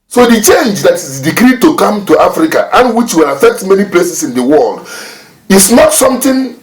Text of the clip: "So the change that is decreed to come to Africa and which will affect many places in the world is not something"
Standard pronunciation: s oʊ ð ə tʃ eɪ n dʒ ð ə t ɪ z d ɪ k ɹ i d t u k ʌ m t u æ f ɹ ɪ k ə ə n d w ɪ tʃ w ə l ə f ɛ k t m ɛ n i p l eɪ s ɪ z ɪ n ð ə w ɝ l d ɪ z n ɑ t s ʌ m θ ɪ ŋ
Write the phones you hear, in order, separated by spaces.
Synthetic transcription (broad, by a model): s oʊ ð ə tʃ eɪ n dʒ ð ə t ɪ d d ɪ k ɹ i d t u k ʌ m t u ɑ f ɹ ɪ k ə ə n w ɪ tʃ w ə l ə f ɛ k t m ɛ n i p l eɪ s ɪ s ɪ n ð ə w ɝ l d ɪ s n ɑ t s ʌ m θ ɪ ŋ